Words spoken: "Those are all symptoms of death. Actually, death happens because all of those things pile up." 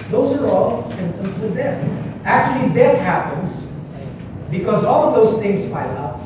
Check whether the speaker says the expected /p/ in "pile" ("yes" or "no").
no